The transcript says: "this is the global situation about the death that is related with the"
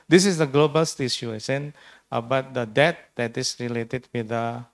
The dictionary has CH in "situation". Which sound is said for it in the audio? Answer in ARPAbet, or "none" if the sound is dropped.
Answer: SH